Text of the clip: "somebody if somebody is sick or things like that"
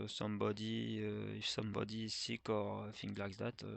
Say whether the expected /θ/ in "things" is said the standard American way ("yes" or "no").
no